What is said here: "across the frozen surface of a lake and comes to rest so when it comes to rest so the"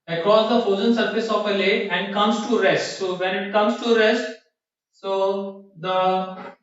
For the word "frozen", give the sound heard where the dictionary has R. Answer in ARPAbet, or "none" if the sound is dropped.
none